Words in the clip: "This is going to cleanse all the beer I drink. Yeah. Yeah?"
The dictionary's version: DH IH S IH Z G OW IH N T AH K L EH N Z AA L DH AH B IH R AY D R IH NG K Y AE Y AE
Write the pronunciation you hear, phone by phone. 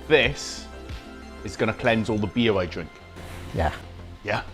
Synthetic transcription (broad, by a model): DH IH S IH Z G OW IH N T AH K L EH N Z AA L DH AH B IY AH AY D R IH NG K Y AE Y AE